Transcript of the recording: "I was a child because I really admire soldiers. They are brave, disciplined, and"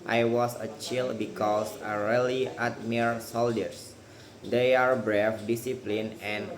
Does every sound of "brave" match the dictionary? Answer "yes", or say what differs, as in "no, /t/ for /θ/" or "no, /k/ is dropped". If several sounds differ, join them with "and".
no, /f/ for /v/